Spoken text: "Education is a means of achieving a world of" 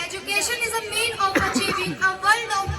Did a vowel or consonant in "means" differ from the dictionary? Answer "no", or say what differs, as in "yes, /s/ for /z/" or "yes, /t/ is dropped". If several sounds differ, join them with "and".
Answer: yes, /z/ is dropped